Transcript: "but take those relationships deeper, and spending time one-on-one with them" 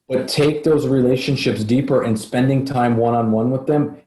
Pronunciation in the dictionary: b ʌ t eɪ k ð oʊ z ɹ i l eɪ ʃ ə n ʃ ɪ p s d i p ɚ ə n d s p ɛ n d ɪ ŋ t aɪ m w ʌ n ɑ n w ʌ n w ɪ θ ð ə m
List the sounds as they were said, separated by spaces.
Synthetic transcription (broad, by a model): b ʌ t eɪ k ð oʊ z ɹ i l eɪ ʃ ə n ʃ ɪ p s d i p ɚ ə n s p ɛ n d ɪ ŋ t aɪ m w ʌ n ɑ n w ʌ n w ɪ ð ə m